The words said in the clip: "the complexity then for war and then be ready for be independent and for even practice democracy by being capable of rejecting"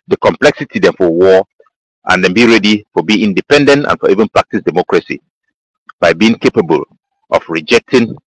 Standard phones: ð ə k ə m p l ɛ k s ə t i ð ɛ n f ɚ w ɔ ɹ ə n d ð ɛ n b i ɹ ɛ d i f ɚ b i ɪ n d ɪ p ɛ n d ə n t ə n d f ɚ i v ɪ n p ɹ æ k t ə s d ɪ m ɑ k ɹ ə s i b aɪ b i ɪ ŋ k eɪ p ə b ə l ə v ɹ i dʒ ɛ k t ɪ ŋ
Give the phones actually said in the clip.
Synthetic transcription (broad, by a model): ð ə k ə m p l ɛ k s ə t i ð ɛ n f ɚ w ɔ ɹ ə n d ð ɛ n b i ɹ ɛ d i f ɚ b i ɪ n d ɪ p ɛ n d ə n t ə n f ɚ i v ɪ n p ɹ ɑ k t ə s d ɪ m ɑ k ɹ ə s i b aɪ b i ɪ ŋ k eɪ p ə b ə l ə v ɹ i dʒ ɛ k t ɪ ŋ